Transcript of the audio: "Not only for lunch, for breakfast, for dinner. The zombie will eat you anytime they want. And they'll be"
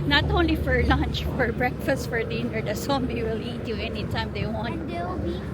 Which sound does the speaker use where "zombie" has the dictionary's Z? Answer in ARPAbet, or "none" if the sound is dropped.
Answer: S